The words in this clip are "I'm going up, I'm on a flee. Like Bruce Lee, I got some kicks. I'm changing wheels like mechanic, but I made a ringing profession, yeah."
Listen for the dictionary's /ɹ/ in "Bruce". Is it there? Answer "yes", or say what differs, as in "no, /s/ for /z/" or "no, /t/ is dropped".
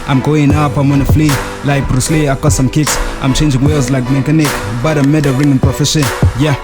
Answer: yes